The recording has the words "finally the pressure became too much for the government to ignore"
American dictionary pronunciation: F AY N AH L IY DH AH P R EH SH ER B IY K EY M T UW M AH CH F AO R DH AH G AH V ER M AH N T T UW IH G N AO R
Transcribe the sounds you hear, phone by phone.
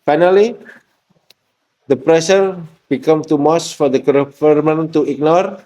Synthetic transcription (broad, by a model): F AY N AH L IY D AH P R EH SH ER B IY K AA M T UW M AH S F AO R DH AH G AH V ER M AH N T T UW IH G N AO R